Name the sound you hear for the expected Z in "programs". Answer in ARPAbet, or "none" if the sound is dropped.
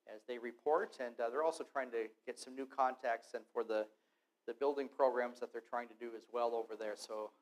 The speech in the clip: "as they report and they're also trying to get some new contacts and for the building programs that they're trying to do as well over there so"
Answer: Z